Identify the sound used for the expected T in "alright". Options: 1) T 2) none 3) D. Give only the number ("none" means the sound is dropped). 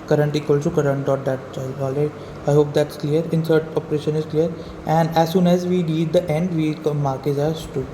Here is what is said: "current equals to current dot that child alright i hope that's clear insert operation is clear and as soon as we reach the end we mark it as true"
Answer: 2